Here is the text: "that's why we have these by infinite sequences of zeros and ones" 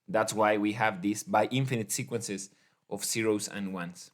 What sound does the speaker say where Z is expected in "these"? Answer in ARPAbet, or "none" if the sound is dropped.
S